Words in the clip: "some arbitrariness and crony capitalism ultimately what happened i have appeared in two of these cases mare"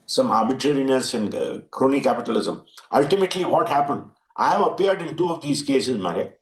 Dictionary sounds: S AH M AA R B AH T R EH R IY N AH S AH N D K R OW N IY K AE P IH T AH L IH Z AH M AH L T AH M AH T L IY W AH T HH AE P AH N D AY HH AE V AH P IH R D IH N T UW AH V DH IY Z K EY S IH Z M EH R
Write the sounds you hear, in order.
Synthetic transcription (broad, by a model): S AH M AA R B AH T R EH R IY N AH S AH N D K R OW N IY K AE P IH T AH L IH Z AH M AH L T AH M AH T L IY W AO T HH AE P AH N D AY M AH P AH AH R D IH N T UW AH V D IY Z K EY S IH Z M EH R